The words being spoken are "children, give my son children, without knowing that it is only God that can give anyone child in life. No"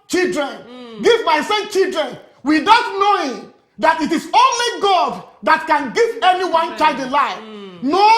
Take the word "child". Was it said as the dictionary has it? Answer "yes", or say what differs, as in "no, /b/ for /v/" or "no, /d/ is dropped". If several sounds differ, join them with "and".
no, /l/ is dropped